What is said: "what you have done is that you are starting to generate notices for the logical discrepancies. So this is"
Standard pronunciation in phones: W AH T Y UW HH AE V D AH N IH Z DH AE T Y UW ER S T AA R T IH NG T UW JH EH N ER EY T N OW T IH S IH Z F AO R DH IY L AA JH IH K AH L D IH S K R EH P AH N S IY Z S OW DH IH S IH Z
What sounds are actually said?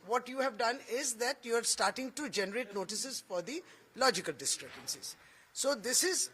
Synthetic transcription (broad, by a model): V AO T Y UW HH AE V D AH N IH Z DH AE T Y UW ER S T AA R T IH NG T UW JH EH N ER EY T N OW T IH S IH Z F AO R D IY L AA JH IH K AH L D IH S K R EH B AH N S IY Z S OW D IH S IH Z